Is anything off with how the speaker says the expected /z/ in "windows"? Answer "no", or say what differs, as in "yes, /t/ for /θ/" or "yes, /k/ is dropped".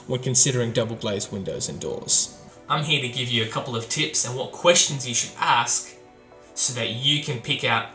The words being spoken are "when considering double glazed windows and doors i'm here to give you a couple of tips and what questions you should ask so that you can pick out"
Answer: no